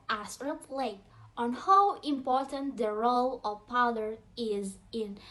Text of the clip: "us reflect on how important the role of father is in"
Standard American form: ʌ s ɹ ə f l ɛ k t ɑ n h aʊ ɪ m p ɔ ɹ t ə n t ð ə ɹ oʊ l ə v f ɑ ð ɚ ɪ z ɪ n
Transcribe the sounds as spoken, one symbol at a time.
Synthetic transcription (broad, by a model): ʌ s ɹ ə p l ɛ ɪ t ɑ n h aʊ ɪ m p ɔ ɹ t ə n t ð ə ɹ oʊ l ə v p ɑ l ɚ ɪ z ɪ n